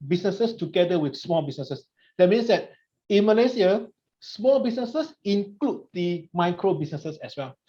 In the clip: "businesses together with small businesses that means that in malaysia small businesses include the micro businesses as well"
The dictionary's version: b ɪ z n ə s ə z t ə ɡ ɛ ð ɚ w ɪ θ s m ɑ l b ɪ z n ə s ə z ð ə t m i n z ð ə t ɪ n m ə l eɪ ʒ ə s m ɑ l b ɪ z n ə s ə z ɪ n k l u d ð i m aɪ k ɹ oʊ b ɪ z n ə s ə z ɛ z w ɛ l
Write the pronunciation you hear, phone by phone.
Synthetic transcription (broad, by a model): b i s n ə s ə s t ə ɡ ɛ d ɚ w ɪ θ s m ɑ l b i s n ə s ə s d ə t m i n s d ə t ɪ n m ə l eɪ s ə s m ɑ l b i s n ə s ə s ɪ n k l u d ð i m aɪ k ɹ oʊ b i s n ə s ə s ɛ s w ɛ l